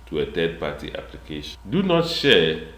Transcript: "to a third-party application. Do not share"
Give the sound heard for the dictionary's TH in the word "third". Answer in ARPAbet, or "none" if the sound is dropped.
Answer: T